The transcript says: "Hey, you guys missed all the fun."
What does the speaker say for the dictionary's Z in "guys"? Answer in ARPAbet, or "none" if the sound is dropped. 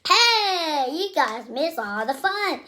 Z